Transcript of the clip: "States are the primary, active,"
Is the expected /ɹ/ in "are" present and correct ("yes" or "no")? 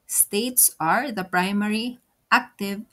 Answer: yes